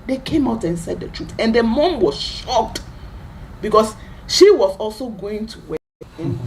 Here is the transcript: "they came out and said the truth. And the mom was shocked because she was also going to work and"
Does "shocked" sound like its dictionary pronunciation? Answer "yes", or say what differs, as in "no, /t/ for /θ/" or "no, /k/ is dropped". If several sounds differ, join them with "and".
yes